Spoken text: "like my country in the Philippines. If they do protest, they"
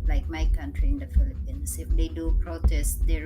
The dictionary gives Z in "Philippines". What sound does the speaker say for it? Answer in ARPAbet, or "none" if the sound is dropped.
S